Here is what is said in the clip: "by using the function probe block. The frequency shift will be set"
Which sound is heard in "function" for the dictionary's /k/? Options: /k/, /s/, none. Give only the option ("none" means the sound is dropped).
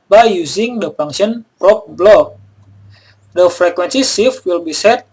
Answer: none